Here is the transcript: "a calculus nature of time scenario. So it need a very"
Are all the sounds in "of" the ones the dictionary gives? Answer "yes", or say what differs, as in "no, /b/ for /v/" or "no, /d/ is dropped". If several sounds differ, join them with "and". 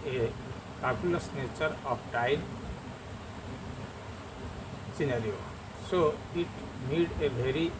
no, /p/ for /v/